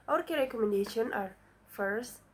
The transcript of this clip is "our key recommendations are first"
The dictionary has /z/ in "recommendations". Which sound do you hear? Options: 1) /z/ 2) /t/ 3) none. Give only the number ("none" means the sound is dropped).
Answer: 3